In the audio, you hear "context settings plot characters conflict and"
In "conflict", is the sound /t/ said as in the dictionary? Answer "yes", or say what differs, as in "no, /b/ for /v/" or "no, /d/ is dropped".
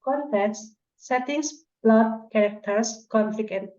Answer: no, /t/ is dropped